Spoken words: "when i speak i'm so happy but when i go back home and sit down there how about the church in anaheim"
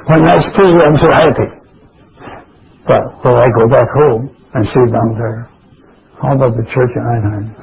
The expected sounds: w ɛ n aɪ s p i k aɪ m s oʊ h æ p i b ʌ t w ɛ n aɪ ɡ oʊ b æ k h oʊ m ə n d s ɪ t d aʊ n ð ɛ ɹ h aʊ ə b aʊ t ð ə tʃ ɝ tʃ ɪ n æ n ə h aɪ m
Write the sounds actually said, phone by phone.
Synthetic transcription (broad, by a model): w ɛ n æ s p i aɪ m s oʊ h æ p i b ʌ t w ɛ l aɪ ɡ oʊ b æ k h oʊ m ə n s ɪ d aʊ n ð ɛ ɹ h aʊ ə b aʊ t ð ə tʃ ɝ tʃ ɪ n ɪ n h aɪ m